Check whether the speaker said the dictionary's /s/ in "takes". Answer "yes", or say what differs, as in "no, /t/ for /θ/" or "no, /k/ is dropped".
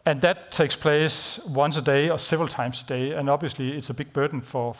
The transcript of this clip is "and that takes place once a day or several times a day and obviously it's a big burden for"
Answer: yes